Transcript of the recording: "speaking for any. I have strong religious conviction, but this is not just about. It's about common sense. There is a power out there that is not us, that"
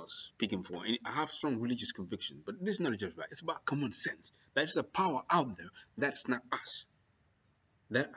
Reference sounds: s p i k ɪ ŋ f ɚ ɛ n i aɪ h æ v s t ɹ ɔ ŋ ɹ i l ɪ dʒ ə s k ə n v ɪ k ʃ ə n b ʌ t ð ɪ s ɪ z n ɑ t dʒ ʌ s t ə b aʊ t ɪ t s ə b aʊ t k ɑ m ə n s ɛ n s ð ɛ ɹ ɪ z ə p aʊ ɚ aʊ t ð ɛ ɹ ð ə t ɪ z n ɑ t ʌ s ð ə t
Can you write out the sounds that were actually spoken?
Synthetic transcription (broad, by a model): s p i k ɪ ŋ f ɚ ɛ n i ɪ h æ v s t ɹ ɔ ŋ ɹ i l ɪ dʒ ə s k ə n v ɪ k ʃ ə n b ʌ t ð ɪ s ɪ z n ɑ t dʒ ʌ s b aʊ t ɪ t s ə b aʊ t k ɑ m ə n s ɛ n s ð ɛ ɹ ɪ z ə p aʊ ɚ aʊ t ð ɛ ɹ ð ə t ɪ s n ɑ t ʌ s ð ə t